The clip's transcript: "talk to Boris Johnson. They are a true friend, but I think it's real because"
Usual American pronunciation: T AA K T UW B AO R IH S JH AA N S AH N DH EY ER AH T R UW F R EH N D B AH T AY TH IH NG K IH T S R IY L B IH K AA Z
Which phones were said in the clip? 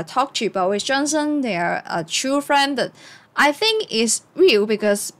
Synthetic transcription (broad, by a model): T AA K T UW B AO W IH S JH AA N S AH N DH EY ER AH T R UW F R EH N D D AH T AY TH IH NG K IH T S R IY L B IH K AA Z